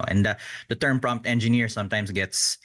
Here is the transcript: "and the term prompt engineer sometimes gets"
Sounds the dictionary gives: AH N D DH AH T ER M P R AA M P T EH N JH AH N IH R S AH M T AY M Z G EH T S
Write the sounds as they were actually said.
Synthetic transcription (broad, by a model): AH N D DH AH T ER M P R AA M P T EH N JH AH N IH R S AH M T AY M S G EH T S